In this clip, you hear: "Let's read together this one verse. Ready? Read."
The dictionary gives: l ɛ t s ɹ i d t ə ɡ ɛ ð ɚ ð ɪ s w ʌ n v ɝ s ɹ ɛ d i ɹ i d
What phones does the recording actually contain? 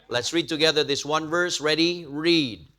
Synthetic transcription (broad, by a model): l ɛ t s ɹ i d t ə ɡ ɛ ð ɚ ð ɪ s w ʌ n v ɝ s ɹ ɛ d i ɹ i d